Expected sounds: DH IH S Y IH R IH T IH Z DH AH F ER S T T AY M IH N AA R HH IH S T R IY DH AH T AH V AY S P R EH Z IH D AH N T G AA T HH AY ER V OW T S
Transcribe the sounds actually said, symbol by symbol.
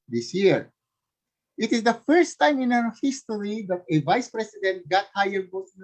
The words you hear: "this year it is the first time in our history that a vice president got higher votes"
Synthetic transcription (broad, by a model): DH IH S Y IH R IH T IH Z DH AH F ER S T T AY M IH N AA W HH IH S T R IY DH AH T AH V AY S P R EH S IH D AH N T G AA T HH AY ER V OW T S